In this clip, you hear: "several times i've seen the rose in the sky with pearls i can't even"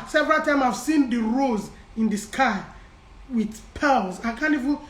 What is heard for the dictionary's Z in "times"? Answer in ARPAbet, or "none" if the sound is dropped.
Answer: none